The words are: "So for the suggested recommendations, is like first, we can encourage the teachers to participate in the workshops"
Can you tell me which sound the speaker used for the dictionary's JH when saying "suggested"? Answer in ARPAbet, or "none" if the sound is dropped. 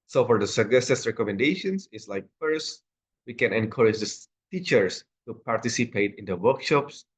none